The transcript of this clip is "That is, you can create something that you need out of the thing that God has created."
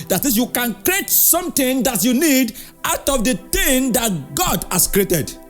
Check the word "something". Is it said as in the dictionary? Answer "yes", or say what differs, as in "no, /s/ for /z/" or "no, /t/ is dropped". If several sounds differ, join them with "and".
no, /t/ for /θ/